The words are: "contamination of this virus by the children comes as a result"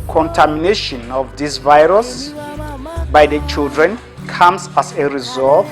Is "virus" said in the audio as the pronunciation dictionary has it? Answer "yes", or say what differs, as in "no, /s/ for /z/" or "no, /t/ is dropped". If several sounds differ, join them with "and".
yes